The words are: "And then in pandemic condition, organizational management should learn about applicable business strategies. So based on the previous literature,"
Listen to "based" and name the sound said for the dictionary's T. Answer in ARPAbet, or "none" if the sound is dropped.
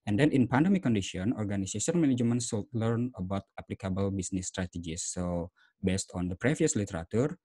T